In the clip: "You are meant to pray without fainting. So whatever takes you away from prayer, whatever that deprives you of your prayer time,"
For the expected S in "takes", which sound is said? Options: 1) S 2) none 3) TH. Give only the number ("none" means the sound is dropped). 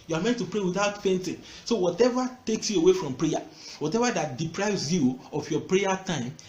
1